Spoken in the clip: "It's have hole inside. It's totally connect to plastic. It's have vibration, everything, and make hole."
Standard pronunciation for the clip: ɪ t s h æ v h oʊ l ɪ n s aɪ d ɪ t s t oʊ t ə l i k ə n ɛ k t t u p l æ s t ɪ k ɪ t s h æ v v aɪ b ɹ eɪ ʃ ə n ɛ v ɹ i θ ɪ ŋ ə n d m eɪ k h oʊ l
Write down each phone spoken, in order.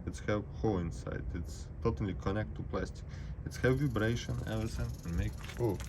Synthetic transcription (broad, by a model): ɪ t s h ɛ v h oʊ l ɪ n s aɪ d ɪ t s t oʊ t ə l i k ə n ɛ k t t u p l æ s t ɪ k ɪ t s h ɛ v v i b ɹ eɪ ʃ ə n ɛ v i s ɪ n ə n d m eɪ k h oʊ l